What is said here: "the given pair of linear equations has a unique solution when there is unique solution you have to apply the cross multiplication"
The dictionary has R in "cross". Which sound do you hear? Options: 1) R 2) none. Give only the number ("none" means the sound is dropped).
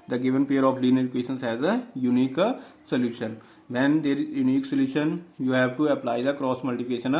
1